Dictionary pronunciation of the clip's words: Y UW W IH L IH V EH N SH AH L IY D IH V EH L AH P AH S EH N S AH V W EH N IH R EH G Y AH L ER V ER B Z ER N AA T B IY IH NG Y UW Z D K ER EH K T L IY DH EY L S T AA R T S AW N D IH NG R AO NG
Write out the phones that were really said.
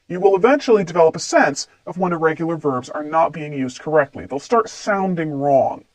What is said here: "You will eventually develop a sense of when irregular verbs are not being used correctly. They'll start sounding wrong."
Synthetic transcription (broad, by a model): Y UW W IH L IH V EH N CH L IY D IH V EH L AH P AH S EH N S AH V W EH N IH R EH G Y L ER V ER B Z ER N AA T B IY IH NG Y UW Z D K ER EH K T L IY DH EY L S T AA R T S AW N D IH NG R AO NG